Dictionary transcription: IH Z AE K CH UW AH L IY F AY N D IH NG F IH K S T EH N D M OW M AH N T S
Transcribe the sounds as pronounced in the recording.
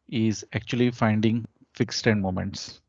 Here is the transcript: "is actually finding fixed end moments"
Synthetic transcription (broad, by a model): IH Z AE K CH UW AH L IY F AY N D IH NG F IH K S T EH N D M OW M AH N T S